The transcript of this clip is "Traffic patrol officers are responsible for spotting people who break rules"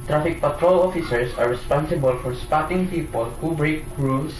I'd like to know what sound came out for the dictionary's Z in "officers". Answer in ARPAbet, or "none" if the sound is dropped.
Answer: S